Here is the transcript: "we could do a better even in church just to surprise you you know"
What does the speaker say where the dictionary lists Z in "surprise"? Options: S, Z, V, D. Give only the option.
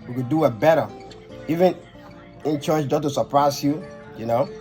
S